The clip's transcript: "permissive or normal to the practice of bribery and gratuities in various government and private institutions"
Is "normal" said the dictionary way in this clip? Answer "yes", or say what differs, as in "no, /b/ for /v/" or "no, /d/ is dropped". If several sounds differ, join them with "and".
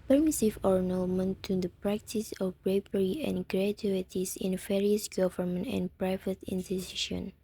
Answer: no, /n/ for /l/